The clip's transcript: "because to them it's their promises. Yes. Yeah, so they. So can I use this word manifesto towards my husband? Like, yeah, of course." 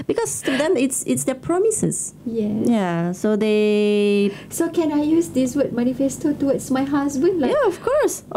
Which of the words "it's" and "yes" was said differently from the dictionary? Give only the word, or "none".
yes